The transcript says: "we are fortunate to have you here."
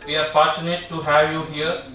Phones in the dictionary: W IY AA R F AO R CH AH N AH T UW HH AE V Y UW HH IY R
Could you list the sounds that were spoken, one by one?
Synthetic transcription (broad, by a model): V IY AA R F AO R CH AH N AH T UW HH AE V Y UW HH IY R